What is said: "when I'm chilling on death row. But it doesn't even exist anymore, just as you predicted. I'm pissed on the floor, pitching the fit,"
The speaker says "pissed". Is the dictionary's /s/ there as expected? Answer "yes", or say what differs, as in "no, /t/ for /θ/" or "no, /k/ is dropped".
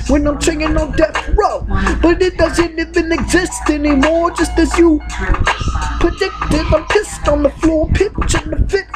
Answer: yes